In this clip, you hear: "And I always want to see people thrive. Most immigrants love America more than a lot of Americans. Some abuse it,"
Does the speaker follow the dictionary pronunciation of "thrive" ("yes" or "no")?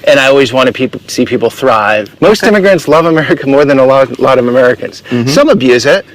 yes